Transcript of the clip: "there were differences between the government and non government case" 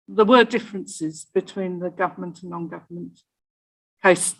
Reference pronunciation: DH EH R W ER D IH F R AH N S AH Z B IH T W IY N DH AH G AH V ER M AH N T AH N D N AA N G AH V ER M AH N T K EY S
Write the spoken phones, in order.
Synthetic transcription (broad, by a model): DH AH W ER D IH F R AH N S AH Z B IH T W IY N DH AH G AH V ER M AH N T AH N N AA N G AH V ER M AH N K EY S